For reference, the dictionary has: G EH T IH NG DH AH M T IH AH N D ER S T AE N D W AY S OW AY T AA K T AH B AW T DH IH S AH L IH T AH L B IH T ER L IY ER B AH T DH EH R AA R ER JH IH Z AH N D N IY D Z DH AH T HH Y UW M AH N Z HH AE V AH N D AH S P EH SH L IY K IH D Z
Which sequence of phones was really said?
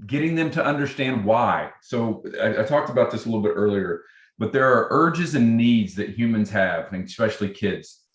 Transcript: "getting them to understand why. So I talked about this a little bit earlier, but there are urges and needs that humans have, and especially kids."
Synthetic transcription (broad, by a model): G EH T IH NG DH AH M T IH AH N D ER S T AE N D W AY S OW AY T AA K T AH B AW T DH IH S AH L IH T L B IH T ER L IY ER B AH T DH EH R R ER JH IH Z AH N N IY D Z DH AH T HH Y UW M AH N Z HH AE V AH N S P EH SH L IY K IH D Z